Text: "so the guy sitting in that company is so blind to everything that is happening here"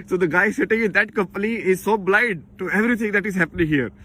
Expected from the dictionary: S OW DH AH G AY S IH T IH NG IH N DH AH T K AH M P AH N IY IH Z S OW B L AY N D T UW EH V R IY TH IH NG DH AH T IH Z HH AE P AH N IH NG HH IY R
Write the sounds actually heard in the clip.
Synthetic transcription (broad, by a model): S OW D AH G AY S IH T IH NG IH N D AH T K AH M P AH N IY IH Z S OW B L AY D T UW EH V R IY T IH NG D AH T IH Z HH AE P AH N IH NG HH IY R